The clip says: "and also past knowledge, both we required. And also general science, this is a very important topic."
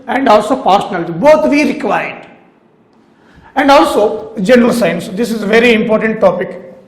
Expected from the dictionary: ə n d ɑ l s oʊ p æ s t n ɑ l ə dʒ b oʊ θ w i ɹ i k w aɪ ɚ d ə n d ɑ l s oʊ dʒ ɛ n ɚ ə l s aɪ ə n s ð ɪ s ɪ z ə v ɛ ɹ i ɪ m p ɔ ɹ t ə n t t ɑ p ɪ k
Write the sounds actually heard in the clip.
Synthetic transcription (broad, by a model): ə n d ɑ l s oʊ p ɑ t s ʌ n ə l b oʊ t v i ɹ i k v aɪ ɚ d ə n d ɑ l s oʊ dʒ ɛ n ɚ ə l s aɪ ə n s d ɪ s ɪ z ə v ɛ ɹ i ɪ m p ɔ ɹ t ə n t t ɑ p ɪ k